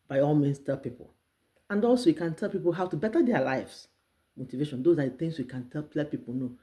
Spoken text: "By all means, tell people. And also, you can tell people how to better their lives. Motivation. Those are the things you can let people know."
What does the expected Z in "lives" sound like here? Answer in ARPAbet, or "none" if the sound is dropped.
S